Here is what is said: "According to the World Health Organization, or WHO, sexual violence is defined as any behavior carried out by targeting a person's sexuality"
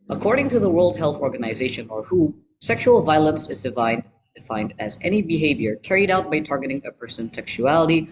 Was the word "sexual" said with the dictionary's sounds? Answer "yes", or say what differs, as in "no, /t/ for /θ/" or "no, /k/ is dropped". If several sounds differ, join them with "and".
yes